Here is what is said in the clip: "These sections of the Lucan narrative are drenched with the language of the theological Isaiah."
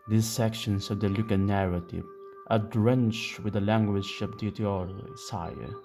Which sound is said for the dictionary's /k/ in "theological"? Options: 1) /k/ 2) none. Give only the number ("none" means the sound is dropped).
2